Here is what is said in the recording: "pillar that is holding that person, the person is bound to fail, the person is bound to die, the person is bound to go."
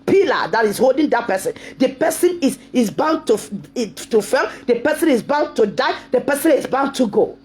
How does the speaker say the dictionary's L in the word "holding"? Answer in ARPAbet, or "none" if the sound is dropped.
L